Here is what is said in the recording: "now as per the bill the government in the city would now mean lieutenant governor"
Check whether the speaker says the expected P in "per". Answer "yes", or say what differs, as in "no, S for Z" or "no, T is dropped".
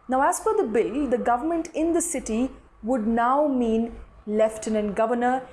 no, F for P